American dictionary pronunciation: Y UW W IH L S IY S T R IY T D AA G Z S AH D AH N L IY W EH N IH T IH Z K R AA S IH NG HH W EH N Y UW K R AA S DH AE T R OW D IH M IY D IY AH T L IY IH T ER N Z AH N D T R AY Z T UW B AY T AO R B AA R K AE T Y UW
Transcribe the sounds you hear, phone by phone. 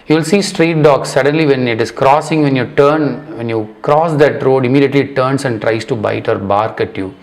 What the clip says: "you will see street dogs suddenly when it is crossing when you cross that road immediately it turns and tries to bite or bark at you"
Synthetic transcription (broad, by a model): Y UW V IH L S IY S T R IY T D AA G S AH D AH N L IY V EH N IH T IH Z K R AA S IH NG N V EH N Y UW K R AA S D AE T R OW D IH M IY D IY AH T L IY T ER N S AH N D T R AY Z T UW B AY T AO R B AA R K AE T Y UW